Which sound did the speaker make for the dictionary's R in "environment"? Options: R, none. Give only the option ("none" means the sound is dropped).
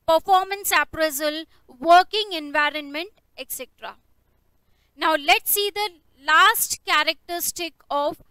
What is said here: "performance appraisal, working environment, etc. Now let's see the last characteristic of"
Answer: R